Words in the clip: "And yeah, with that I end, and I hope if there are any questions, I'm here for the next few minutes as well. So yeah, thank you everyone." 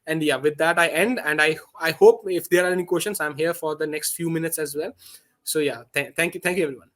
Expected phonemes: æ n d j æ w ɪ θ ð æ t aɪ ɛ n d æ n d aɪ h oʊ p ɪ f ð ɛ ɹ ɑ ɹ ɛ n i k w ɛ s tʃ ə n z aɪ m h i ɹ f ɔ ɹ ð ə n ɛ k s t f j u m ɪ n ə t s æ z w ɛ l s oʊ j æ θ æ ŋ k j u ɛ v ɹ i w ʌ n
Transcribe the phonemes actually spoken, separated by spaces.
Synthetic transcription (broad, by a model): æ n d j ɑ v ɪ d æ t aɪ ɛ n d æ n d aɪ h oʊ p ɪ f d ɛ ɹ ɑ ɹ ɛ n i k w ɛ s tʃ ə n s aɪ m h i ɹ f ɔ ɹ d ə n ɛ k s t f j u m ɪ n ə t s æ z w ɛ l s oʊ j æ t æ ŋ k j u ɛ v ɹ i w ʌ n